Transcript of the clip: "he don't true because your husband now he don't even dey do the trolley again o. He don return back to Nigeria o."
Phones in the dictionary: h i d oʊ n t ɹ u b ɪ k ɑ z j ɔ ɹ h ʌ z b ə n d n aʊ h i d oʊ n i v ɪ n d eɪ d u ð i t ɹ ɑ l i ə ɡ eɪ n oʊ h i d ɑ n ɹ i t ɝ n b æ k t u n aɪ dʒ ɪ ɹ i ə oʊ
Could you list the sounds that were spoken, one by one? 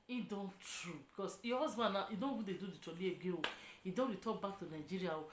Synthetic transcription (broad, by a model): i d oʊ n t ɹ u b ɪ k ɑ s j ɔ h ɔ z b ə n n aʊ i d oʊ n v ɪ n d eɪ d u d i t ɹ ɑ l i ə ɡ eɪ oʊ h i d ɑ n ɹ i t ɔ b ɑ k t u n aɪ dʒ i ɹ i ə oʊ